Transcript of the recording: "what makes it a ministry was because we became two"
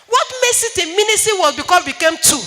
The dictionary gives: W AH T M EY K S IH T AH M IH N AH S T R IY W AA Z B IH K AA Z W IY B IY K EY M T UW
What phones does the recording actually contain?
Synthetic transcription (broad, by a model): W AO T M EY S IH T AH M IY N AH S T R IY W AA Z B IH K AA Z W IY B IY K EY M T UW